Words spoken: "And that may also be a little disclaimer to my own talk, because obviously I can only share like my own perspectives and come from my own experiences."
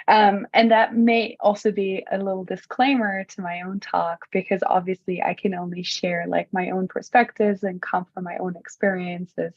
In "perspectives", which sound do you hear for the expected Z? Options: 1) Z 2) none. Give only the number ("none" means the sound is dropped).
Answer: 1